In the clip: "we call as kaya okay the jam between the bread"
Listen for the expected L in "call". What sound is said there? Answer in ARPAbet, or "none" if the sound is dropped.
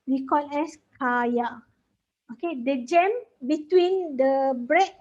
N